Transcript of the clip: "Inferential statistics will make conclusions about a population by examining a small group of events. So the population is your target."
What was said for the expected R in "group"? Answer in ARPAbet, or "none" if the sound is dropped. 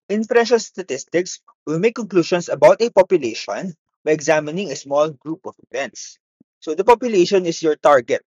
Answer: R